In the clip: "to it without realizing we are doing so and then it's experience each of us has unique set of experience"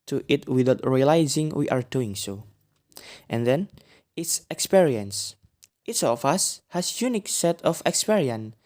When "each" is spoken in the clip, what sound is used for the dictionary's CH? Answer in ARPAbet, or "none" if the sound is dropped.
S